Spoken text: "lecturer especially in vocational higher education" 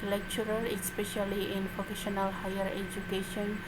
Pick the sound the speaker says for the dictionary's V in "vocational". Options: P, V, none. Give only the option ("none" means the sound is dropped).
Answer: P